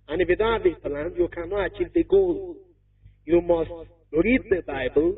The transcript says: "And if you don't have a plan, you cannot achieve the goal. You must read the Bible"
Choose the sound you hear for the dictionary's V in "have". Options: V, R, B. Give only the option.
B